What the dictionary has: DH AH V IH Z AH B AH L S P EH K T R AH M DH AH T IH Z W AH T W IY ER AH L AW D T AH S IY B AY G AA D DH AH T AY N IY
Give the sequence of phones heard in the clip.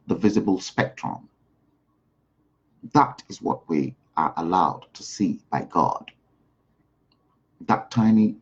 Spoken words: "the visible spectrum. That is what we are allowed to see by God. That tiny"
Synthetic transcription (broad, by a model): DH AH V IH Z AH B AH L S P EH K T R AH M DH AH T IH Z W AH T W IY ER AH L AW D T AH S IY B AY G AA D DH AH T AY N IY